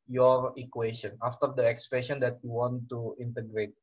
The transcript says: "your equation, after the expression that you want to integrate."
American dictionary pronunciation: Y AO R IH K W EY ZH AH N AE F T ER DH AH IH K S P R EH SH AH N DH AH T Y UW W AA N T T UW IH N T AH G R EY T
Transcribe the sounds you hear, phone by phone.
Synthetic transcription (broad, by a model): Y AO R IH K W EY SH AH N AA F T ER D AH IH K S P EH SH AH N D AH T Y UW W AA N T T UW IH N T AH G R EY T